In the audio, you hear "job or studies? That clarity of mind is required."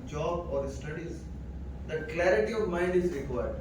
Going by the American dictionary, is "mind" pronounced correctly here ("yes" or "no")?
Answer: yes